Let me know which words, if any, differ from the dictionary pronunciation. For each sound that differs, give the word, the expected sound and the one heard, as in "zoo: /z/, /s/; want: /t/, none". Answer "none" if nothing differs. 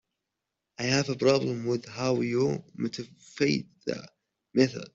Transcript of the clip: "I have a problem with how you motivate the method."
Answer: motivate: /v/, /f/